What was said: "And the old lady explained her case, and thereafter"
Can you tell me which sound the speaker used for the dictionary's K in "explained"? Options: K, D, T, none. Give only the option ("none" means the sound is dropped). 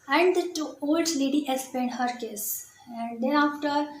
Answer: none